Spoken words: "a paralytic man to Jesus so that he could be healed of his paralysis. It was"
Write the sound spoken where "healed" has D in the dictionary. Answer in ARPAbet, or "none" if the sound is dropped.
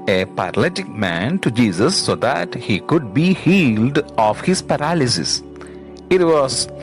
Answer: D